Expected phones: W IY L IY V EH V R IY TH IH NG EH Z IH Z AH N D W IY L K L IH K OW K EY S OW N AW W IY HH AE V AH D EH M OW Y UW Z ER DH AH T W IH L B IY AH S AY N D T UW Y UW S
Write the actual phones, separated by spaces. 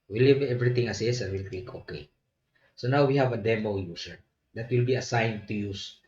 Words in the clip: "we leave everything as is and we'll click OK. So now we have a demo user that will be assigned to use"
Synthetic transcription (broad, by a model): W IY L IY V EH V R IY T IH NG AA S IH S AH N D W IY L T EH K OW K EY S OW N AW W IY HH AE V AH D EH M OW Y UW S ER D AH T W IH L B IY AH S AY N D T UW Y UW S